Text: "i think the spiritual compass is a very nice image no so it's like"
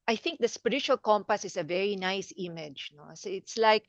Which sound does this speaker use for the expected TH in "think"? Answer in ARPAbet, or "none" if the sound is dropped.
TH